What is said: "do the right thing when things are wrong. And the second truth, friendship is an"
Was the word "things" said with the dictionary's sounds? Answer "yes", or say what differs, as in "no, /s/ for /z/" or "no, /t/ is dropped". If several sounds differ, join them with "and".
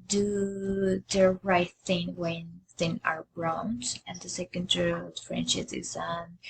no, /z/ is dropped